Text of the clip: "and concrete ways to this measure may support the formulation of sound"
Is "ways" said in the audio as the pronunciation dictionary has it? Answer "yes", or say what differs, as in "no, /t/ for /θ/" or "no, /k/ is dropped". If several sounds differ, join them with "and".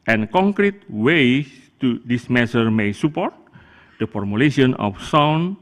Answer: no, /z/ is dropped